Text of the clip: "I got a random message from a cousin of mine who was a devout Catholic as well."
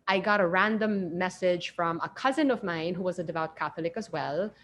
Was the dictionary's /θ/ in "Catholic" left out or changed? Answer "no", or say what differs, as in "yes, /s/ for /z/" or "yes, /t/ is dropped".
no